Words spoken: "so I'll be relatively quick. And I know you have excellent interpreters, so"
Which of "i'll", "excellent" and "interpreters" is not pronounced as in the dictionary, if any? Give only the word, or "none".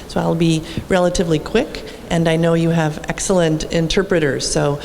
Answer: none